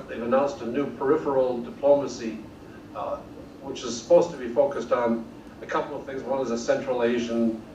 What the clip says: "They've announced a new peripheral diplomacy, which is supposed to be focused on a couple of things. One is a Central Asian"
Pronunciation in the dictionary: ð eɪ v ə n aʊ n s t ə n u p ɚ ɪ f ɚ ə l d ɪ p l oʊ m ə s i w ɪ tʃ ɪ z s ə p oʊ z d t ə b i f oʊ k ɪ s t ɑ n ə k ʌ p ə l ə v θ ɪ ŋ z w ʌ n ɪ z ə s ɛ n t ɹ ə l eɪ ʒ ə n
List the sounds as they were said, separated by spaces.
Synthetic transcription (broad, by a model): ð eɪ v ə n aʊ n s t ə n u p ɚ ɪ f ɚ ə l d ɪ p l oʊ m ə s i w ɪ tʃ ɪ z s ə p oʊ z t ə b i f oʊ k ɪ s t n ə k ʌ p l ə v θ ɪ ŋ z w ʌ n ɪ z ə s ɛ n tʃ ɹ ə l eɪ ʒ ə n